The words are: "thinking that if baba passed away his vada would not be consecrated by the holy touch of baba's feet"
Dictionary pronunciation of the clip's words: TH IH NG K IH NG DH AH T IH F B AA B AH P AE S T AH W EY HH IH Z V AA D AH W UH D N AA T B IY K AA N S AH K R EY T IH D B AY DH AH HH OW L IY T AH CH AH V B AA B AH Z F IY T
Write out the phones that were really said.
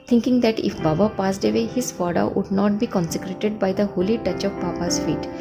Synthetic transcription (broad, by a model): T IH NG K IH NG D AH T IH F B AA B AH P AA S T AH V EY HH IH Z F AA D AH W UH D N AA T B IY K AA N S AH K R EY T IH D B AY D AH HH OW L IY T AH CH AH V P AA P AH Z F IY T